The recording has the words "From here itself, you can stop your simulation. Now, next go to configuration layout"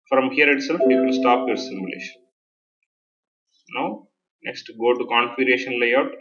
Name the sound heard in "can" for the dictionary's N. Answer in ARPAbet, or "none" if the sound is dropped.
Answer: L